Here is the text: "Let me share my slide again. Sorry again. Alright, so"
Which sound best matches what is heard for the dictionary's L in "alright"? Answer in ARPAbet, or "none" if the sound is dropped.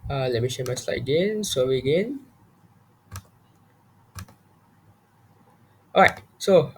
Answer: none